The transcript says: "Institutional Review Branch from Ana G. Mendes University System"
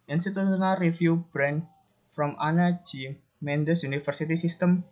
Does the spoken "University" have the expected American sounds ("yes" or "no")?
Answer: no